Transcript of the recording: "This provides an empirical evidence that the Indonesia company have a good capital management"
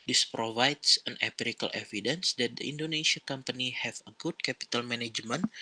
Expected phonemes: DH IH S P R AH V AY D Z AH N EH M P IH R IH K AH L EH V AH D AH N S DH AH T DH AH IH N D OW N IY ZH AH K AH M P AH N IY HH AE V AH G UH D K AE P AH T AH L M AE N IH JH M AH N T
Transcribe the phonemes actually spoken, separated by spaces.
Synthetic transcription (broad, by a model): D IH S P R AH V AY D S AH N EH P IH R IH K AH L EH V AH D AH N S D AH T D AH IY N D OW N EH S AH K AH M P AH N IY HH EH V AH G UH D K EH P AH T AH L M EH N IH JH M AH N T